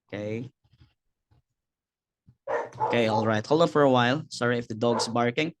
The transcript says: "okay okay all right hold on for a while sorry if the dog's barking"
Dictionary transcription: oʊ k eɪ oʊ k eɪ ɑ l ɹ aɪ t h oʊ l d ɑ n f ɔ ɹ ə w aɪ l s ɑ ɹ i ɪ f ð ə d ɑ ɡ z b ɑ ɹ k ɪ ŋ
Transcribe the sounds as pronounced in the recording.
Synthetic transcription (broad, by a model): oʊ k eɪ oʊ k eɪ ɑ l ɹ aɪ t h oʊ l d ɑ f ɔ ɹ ə w aɪ l s ɑ ɹ i ɪ f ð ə d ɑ ɡ s b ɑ ɹ k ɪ ŋ